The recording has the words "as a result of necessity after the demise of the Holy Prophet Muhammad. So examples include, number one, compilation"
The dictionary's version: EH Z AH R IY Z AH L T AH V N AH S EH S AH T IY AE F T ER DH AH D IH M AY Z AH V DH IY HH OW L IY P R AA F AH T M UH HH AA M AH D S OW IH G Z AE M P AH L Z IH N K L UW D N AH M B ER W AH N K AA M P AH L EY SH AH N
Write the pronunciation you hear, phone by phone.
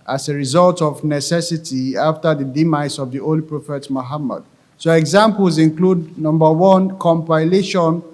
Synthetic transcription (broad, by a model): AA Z AH R IY Z AH L T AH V N AH S EH S AH T IY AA F T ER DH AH D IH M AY S AH V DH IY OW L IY P R AA F AH T M UH HH AA M AH D S OW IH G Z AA M P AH L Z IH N K L UW D N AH M B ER W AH N K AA M P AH L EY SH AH N